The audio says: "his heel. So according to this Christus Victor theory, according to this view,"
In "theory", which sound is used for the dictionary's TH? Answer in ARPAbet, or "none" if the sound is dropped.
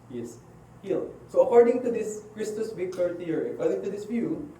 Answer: T